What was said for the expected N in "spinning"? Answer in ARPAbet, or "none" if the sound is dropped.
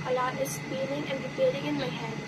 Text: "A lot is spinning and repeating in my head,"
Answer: L